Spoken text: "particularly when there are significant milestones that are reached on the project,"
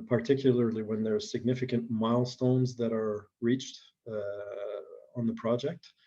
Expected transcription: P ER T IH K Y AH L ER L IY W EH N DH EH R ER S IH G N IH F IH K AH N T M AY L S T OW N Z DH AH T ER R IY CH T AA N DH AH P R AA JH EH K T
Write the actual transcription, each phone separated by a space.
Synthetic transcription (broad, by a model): P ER T IH K Y L ER L IY W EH N DH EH R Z S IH G N IH F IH K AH N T M AY L S T OW N Z DH AH T ER R IY CH T N DH AH P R AA JH EH K T